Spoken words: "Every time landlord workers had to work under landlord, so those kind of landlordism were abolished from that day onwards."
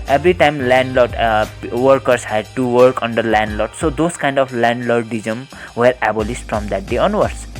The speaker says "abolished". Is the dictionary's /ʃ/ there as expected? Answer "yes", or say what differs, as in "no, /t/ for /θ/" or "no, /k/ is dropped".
no, /s/ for /ʃ/